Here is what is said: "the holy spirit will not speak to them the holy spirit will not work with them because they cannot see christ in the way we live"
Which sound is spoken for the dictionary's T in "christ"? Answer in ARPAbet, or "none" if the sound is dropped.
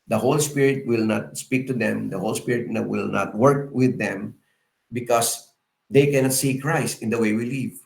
T